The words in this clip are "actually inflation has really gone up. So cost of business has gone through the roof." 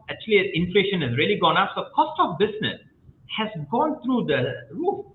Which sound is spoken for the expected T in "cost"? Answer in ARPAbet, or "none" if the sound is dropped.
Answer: T